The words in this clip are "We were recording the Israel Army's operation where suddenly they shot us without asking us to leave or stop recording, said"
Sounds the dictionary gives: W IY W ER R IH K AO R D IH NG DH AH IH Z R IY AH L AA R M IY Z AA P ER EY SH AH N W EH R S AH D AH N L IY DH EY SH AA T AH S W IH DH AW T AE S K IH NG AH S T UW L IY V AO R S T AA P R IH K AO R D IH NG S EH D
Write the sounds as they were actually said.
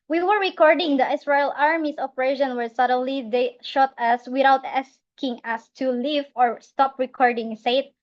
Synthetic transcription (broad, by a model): W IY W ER R IH K AO R D IH NG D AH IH S R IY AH L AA R M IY S AA P ER EY SH AH N W EH R S AH D AH N L IY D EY SH AA T AH S W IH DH AW T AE S K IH NG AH S T UW L IY V AO R S T AA P R IH K AO R D IH NG S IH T